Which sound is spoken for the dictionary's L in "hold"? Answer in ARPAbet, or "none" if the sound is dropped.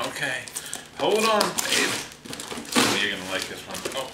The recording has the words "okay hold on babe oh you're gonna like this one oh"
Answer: L